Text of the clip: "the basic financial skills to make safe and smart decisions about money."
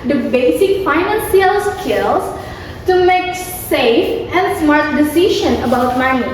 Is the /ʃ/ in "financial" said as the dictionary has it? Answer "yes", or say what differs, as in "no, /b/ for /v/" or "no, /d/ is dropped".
no, /s/ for /ʃ/